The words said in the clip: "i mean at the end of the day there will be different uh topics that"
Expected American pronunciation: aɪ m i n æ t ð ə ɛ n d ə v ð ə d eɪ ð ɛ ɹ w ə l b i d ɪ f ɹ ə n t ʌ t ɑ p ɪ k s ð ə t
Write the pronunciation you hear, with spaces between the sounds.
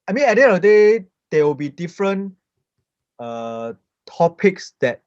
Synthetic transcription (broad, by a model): aɪ m i n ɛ d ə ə d eɪ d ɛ w ə l b i d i f ɹ ə n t ʌ t ɑ p ɪ k s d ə t